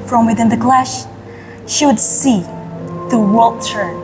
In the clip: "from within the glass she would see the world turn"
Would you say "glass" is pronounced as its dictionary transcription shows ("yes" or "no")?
no